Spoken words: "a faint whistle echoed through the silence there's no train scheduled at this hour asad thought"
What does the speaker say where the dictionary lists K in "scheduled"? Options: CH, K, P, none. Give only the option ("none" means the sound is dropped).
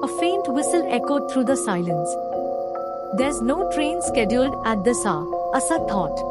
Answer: K